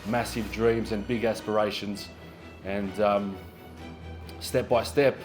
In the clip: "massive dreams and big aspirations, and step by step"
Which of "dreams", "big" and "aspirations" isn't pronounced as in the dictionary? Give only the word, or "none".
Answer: none